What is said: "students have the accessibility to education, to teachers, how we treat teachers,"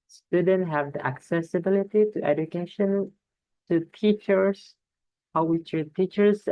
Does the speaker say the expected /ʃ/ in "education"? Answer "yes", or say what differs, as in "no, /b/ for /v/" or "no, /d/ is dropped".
yes